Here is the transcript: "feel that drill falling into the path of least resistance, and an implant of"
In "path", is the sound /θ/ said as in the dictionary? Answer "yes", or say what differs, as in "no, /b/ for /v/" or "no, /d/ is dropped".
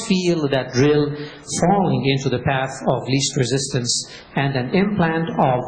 yes